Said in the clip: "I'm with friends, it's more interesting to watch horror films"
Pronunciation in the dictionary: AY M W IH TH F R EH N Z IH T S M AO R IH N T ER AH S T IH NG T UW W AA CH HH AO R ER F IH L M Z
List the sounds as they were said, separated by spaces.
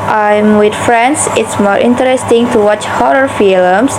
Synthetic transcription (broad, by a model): AY M W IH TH F R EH N S IH T S M AO R IH N T ER AH S T IH NG T UW W AA CH HH AO R ER F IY L M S